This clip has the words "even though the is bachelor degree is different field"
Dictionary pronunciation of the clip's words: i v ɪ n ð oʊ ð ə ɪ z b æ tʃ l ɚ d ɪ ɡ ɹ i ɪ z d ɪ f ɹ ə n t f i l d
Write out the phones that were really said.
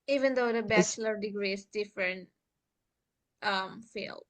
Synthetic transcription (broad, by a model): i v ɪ n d oʊ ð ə b æ tʃ l ɚ d ɪ ɡ ɹ i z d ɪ f ɹ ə n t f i l